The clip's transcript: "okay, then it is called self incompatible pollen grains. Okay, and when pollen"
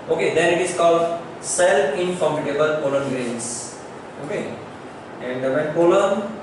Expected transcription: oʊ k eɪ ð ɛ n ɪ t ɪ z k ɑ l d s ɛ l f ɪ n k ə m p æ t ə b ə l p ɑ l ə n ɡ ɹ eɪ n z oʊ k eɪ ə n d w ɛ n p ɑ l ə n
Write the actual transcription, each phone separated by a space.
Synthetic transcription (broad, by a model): oʊ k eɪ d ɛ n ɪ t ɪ s k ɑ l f s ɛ l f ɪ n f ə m i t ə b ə l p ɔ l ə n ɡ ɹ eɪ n s oʊ k eɪ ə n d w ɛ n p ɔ l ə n